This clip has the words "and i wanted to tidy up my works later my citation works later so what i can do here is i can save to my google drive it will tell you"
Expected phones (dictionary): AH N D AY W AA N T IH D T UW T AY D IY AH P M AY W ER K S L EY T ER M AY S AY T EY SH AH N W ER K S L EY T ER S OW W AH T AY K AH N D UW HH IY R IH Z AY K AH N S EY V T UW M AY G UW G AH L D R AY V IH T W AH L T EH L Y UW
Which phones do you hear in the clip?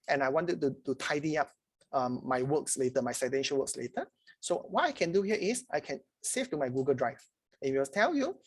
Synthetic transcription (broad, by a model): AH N AY W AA N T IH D T UW T AY D IY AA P M AY W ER K S L EY T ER M AY S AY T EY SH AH L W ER K S L EY T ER S OW W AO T AY K AH N D UW HH IY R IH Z AY K AH N S EY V T UW M AY G UW G AH L D R AY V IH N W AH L T EH L Y UW